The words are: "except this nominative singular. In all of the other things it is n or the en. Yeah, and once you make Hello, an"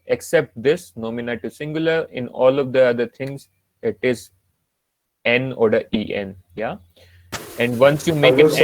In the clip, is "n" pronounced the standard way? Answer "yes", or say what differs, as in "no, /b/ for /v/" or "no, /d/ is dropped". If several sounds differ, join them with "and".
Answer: yes